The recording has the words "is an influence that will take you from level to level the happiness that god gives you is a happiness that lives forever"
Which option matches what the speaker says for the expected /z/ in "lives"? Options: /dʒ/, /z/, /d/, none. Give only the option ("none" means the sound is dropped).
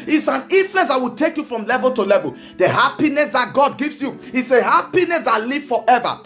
none